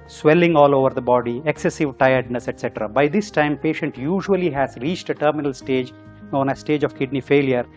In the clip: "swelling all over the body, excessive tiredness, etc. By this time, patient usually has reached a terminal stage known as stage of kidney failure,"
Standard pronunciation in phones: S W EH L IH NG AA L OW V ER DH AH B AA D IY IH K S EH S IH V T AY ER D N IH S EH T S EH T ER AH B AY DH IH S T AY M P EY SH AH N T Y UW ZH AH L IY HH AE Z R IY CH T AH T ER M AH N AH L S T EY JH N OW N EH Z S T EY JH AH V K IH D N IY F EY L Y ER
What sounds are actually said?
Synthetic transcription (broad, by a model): S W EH L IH NG AA L OW V ER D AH B AA D IY IH K S EH S IH V T AY ER D N IH S EH T S EH T ER AH B AY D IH S T AY M P EY SH AH N T Y UW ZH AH L IY HH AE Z R IY CH T AH T ER M AH N AH L S T EY JH N OW N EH S T EY JH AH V K IH D N IY F EY L Y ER